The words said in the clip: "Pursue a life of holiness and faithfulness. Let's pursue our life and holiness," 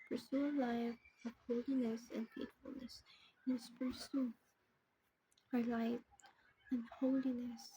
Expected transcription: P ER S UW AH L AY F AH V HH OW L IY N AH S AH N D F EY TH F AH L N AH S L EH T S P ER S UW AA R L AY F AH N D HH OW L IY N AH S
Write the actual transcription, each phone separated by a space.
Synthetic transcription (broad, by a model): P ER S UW AH L AY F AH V HH OW L IY N AH S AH N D F EY T F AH L N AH S N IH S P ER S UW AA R L AY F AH N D HH OW L IY N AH S